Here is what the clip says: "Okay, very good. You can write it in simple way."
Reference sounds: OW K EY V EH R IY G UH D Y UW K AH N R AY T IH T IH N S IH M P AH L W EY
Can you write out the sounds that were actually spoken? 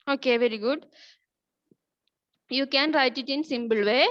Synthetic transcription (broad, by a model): OW K EY V EH R IY G UH D Y UW K AH N R AY T IH T IH N S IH M B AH L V EY